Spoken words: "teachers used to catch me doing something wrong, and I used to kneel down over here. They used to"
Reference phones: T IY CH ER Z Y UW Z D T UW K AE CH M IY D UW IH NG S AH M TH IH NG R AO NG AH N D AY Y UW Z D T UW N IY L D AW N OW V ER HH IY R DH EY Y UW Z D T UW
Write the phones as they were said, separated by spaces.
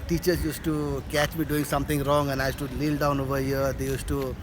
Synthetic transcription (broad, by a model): T IY CH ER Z Y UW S T UW K AE CH M IY D UW IH NG S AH M T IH NG R AO NG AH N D AY Y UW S T UW L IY L D AW N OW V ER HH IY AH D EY Y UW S T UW